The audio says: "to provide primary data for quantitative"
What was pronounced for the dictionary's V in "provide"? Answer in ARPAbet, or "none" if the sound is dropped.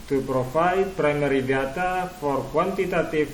F